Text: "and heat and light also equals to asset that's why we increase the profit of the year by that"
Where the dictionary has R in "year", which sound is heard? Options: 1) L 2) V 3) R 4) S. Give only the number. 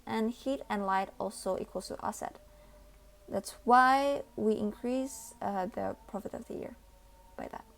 3